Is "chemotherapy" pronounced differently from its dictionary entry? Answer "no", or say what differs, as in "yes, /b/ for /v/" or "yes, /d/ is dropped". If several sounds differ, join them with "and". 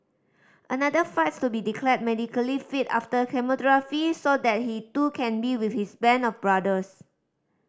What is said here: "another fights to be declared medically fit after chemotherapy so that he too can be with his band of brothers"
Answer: yes, /f/ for /p/